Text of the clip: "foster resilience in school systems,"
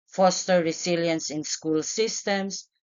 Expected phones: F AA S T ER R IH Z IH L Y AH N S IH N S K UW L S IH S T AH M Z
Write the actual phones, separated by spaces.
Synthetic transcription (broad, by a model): F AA S T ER R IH S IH L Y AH N S IH N S K UW L S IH S T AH M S